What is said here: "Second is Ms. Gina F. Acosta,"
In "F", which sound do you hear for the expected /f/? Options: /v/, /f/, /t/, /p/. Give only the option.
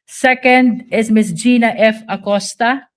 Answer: /f/